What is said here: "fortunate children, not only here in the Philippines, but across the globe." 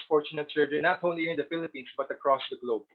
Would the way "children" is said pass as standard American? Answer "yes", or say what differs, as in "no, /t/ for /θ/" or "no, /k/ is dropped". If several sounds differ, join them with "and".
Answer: no, /s/ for /tʃ/